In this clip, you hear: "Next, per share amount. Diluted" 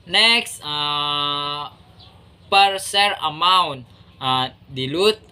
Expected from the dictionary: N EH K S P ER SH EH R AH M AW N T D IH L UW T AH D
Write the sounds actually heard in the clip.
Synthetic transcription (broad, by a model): N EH K S P ER S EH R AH M AW N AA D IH L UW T